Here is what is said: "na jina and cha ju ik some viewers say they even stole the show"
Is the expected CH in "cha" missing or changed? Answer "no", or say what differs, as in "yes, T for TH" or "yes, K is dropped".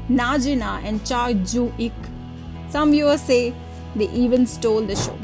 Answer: no